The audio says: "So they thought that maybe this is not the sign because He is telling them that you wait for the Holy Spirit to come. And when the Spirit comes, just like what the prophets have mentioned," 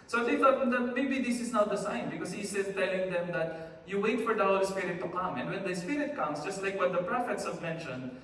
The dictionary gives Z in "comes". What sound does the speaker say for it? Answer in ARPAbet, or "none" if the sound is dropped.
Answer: S